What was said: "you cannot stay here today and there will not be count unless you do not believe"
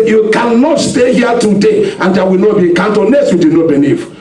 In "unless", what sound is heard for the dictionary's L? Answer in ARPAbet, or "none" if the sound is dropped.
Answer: none